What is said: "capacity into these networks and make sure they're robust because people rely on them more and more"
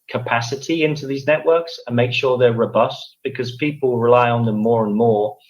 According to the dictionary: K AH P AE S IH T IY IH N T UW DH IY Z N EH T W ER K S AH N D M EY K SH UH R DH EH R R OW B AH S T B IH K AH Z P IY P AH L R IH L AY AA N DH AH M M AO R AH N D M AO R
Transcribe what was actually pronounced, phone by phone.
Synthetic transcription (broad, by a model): K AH P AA S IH T IY IH N T UW DH IY Z N EH T W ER K S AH N M EY K SH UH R DH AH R R OW B AH S T B IH K AH Z P IY P AH L R IH L AY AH N DH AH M M AO R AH N M AO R